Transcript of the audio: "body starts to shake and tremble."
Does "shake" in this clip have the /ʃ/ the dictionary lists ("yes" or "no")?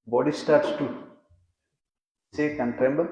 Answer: no